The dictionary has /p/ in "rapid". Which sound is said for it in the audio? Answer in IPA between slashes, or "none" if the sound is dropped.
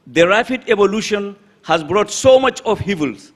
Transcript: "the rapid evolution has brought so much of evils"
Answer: /f/